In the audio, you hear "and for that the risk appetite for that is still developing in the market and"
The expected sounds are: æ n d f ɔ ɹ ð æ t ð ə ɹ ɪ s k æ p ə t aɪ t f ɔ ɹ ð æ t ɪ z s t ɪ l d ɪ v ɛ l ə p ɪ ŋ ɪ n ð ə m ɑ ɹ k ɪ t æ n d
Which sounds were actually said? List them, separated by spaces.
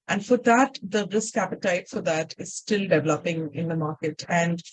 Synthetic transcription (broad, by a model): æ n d f ɔ ɹ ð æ t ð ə ɹ ɪ s k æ p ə t aɪ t f ɔ ɹ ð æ t ɪ z s t ɪ l d ɪ v ɛ l ə p ɪ ŋ ɪ n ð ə m ɑ ɹ k ɪ t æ n d